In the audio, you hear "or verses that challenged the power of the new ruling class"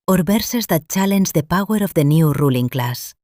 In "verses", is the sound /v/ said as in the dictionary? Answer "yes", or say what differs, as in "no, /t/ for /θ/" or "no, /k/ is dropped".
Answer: no, /b/ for /v/